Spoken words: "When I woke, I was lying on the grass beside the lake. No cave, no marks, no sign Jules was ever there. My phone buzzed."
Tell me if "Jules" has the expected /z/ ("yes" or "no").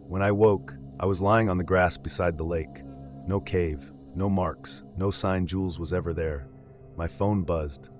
yes